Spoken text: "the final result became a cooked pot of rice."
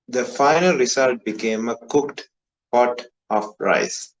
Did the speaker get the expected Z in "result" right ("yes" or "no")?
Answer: no